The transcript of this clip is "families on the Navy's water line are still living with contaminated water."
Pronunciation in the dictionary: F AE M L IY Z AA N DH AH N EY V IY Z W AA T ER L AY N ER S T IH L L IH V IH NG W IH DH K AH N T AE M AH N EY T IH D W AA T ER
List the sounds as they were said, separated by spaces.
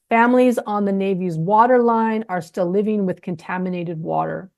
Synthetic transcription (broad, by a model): F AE M L IY Z N DH AH N EY V IY Z W AA T ER L AY N ER S T IH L L IH V IH NG W IH DH K AH N T AE M AH N EY T IH D W AA T ER